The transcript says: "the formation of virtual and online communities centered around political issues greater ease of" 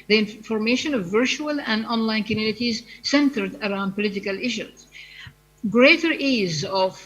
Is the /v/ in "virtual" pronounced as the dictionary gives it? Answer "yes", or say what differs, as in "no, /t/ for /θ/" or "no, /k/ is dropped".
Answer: yes